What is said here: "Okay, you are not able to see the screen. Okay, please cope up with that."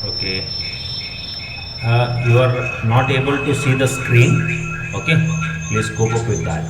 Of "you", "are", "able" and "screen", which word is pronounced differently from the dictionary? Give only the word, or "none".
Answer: none